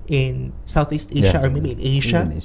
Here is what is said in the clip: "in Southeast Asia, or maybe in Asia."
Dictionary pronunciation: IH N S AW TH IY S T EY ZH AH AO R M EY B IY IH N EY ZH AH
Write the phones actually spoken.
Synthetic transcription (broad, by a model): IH N S AW TH IY S T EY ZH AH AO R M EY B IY IH N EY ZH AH